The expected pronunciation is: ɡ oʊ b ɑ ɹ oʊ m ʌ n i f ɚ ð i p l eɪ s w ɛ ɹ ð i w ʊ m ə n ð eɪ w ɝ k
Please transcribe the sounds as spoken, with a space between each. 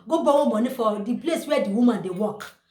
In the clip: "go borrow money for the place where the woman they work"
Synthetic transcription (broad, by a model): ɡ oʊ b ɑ w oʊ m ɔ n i f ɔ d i p l eɪ s w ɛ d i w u m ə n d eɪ w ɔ k